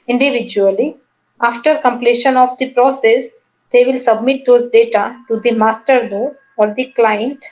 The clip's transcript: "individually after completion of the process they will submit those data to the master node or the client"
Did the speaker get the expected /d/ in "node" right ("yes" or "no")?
no